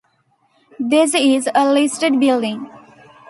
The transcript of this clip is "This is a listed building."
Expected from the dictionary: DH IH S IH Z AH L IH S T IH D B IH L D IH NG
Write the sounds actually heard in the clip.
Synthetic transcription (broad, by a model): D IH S IH Z AH L IH S T IH D B IH L D IH NG